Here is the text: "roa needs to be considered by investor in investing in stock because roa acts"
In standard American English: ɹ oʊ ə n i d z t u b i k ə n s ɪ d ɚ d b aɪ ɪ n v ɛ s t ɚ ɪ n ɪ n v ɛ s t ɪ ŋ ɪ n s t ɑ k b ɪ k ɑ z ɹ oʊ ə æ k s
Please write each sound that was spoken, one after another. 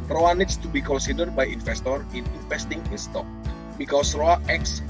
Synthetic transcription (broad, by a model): ɹ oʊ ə n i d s t u b i k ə n s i d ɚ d b aɪ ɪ n f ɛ s t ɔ ɪ n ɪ n f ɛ s t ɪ ŋ ɪ n s t ɑ k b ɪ k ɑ s ɹ oʊ ə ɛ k s